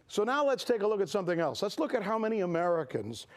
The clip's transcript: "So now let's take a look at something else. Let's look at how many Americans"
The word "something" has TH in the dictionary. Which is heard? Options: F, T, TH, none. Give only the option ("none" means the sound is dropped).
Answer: TH